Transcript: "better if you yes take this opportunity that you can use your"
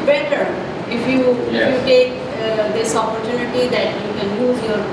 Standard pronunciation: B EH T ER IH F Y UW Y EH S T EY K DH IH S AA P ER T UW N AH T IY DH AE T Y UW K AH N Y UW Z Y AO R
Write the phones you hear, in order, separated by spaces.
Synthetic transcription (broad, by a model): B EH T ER IH F Y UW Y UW T EY K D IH S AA P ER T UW N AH T IY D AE T Y UW K AH N Y UW Z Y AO R